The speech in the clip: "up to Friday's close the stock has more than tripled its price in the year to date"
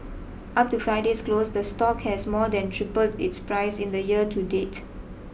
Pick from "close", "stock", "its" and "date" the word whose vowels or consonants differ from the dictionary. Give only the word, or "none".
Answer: none